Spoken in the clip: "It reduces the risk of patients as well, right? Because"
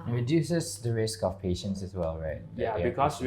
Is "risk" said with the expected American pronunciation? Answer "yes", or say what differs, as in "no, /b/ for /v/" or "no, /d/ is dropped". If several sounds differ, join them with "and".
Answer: yes